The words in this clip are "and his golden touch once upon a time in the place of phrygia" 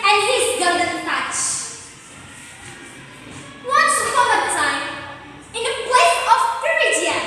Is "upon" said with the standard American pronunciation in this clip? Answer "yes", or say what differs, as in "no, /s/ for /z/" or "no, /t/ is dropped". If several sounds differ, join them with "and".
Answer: no, /n/ is dropped